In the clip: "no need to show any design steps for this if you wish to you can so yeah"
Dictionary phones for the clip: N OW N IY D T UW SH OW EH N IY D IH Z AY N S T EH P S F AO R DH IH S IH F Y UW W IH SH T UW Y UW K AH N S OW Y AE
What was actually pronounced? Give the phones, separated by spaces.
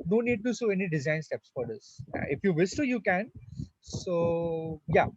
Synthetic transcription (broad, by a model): N OW N IY D T UW S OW EH N IY D IH Z AY N S T EH P S F AO R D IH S IH F Y UW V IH S T UW Y UW K AH N S OW Y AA